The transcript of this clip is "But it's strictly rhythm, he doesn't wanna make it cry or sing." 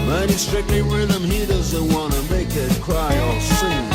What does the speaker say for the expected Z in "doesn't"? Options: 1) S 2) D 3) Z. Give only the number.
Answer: 3